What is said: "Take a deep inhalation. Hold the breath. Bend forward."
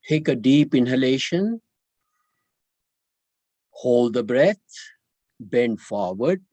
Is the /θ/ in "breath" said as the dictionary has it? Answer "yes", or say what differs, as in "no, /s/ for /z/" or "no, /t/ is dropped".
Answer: no, /t/ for /θ/